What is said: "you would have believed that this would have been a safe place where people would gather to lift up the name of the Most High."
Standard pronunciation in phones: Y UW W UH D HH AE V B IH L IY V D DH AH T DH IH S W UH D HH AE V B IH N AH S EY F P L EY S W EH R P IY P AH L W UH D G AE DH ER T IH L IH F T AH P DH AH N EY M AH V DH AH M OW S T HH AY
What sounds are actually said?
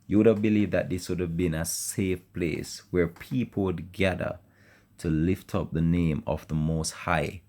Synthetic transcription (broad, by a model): Y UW W UH D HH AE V B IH L IY V DH AH T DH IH S W UH D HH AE V B IH N AH S EY F P L EY S W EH R P IY P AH L W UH D G AE DH ER T IH L IH F T AH P DH AH N EY M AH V DH AH M OW S T HH AY